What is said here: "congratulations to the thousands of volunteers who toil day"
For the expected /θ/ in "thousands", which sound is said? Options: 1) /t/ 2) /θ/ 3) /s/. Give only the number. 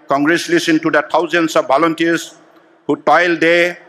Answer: 1